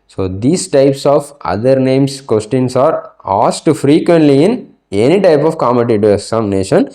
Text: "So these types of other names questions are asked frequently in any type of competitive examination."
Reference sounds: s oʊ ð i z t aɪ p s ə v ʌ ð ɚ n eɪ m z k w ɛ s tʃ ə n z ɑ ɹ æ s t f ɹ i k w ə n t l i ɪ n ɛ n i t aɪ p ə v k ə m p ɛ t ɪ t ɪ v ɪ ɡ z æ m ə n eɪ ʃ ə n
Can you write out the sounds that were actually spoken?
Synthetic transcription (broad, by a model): s oʊ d i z t aɪ p s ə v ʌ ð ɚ n eɪ m s k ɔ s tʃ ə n s ɑ ɹ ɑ s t f ɹ i k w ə n t l i ɪ n ɛ n i t aɪ p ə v k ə m ɛ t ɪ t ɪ ɪ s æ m n eɪ ʃ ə n